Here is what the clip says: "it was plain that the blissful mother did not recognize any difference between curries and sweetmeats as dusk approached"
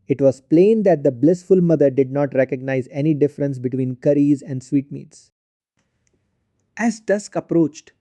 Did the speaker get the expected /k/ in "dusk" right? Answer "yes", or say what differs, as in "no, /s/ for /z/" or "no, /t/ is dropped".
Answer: yes